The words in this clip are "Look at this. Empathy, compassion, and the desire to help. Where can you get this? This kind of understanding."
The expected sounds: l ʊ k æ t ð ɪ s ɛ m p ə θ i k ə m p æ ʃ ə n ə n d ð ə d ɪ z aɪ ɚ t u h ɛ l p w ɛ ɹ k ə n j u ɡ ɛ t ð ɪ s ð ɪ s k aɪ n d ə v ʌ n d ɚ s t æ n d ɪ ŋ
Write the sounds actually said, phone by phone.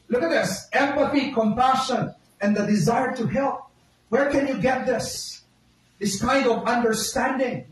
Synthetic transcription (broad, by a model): l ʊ k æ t ð ɪ s ɛ m p ə θ i k ə m p æ ʃ ə n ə n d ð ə d ɪ z aɪ ɚ t u h ɛ l p w ɛ ɹ k ə n j u ɡ ɛ t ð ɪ s ð ɪ s k aɪ n d ə v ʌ n d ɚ s t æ n d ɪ ŋ